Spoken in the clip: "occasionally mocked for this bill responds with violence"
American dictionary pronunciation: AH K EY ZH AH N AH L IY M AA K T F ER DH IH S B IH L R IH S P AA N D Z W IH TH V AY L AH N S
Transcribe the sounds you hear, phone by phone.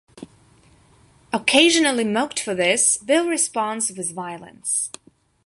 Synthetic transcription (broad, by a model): AH K EY ZH AH N AH L IY M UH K T F ER DH IH S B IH L R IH S P AA N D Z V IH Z V AY L AH N S